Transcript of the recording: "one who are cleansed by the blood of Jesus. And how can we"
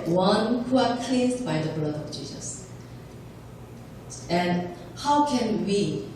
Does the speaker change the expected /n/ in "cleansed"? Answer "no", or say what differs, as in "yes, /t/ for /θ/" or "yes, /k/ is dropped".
yes, /n/ is dropped